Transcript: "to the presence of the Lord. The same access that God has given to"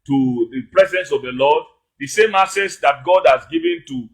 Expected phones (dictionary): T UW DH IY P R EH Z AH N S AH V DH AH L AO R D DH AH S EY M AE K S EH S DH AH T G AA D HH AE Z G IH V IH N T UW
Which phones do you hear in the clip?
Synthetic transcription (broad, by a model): T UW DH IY P R EH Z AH N S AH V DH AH L AO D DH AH S EY M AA S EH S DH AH T G AA D HH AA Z G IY V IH N T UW